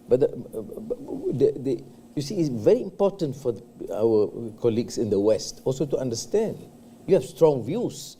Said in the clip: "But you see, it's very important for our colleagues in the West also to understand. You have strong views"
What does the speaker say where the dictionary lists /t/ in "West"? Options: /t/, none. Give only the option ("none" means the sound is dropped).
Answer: /t/